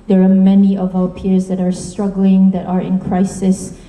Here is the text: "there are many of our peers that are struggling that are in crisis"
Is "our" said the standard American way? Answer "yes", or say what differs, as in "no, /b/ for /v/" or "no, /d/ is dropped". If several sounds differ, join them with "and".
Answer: no, /w/ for /ɹ/